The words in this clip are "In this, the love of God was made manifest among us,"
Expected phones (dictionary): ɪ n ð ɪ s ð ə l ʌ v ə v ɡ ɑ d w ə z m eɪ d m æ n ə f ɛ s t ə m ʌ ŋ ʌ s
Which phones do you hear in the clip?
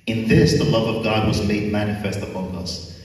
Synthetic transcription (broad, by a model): ɪ n ð ɪ s ð ə l ʌ v ə v ɡ ɑ d w ə z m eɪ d m æ n ə f ɛ s t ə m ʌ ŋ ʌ s